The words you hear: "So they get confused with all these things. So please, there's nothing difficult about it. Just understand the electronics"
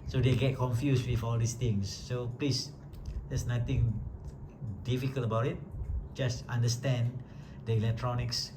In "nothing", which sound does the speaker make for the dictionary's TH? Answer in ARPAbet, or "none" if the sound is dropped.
T